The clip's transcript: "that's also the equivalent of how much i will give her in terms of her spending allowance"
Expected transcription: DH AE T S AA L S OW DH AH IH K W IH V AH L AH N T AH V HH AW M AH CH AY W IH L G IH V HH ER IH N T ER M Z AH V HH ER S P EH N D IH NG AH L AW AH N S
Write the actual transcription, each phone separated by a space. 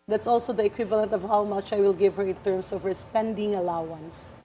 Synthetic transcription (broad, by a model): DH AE T S AA L S OW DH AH IH K W IH V AH L AH N T AH V HH AW M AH CH AY W IH L G IH V HH ER IH N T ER M S AH V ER S P EH N D IH NG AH L AW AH N S